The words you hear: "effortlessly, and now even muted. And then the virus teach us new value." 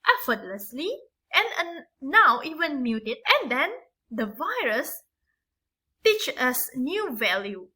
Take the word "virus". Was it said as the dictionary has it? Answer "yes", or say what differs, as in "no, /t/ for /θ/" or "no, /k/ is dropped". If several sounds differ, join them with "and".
yes